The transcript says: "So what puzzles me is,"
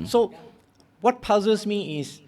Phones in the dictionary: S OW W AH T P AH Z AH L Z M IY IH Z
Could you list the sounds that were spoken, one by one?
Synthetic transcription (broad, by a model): S OW W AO T P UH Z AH Z M IY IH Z